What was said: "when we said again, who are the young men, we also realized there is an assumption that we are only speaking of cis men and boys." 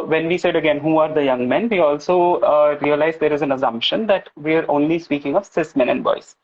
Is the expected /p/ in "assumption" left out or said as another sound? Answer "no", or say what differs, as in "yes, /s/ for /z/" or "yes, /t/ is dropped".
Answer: no